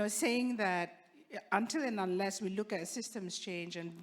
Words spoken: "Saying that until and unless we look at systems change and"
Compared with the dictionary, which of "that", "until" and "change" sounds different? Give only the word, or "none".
none